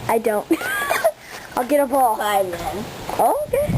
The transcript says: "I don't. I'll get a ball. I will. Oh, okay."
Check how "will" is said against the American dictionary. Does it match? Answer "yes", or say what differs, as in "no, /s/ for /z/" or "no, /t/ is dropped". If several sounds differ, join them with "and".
no, /n/ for /l/